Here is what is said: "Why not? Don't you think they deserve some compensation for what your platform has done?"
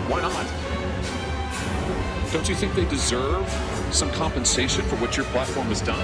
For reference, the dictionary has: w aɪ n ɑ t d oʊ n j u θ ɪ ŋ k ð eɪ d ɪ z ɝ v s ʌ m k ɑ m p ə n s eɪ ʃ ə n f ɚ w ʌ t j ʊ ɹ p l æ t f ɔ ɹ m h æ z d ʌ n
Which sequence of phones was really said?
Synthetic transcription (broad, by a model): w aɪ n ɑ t d oʊ n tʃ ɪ θ ɪ ŋ k ð eɪ d ɪ z ɝ v s ʌ m k ɑ m p ə n s eɪ ʃ ə n f ɚ w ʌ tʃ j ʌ ɹ p l æ t f ɔ ɹ m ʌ z d ʌ n